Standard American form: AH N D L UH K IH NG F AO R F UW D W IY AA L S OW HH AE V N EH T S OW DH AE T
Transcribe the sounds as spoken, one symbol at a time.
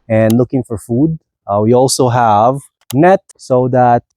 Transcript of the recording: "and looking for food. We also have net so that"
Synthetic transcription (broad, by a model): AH N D L UH K IH NG F AO R F UW D W IY AA L S OW HH AE V N EH T S OW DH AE T